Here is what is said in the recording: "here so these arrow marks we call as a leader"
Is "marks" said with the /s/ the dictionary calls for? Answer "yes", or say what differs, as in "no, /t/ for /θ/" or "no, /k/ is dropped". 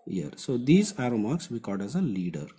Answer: yes